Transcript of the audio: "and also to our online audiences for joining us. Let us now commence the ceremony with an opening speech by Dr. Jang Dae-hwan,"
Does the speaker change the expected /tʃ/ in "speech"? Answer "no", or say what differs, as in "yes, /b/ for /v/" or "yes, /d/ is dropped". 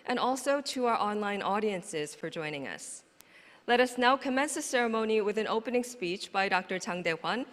no